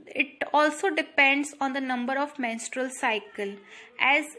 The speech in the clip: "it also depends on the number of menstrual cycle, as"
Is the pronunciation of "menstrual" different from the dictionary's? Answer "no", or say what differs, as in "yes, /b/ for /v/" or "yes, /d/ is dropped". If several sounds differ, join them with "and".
no